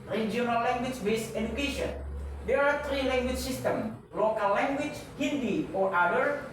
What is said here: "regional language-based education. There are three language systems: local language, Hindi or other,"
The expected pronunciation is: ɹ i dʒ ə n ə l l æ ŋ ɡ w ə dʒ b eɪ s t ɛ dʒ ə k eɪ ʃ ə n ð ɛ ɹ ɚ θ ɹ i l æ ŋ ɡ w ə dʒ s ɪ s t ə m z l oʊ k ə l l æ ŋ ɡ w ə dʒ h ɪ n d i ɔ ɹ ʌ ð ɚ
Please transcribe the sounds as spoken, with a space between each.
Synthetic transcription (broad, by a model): ɹ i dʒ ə n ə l l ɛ ŋ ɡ w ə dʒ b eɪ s ɛ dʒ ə k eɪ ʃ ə n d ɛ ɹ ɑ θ ɹ i l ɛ ŋ ɡ w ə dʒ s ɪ s t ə m l oʊ k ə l l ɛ ŋ ɡ w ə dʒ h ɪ n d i ɔ ɹ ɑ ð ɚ